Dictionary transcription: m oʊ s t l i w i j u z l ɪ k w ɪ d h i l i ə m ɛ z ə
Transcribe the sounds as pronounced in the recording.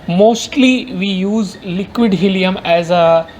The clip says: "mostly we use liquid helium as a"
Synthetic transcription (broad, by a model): m oʊ s t l i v i j u z l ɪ k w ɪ d h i l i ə m ɛ z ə